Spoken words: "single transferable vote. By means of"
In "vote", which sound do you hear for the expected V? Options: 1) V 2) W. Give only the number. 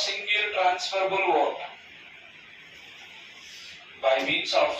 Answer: 2